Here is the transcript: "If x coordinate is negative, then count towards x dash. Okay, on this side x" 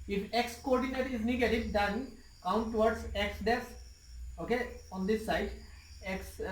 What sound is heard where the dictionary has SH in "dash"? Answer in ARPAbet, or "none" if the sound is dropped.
S